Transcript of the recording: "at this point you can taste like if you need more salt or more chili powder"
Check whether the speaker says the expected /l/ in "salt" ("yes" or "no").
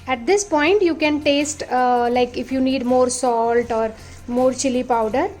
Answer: yes